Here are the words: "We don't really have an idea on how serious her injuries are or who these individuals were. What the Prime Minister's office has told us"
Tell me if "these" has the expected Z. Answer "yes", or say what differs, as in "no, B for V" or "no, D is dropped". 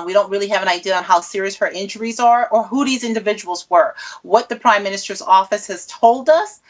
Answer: yes